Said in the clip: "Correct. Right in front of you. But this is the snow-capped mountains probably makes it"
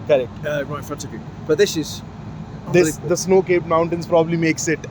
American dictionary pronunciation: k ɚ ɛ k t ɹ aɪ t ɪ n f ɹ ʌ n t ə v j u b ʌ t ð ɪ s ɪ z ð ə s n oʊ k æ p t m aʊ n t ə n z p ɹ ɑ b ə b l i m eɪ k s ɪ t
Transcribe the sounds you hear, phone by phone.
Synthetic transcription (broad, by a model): k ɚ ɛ k t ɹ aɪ ɪ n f ʌ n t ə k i b ʌ t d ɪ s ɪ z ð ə s n oʊ k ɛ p m aʊ n t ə n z p ɹ ɑ b ə b l i m eɪ k s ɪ t